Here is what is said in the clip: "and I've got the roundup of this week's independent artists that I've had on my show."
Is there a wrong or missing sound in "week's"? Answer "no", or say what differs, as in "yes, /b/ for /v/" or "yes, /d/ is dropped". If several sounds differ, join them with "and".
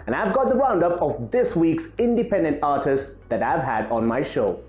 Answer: no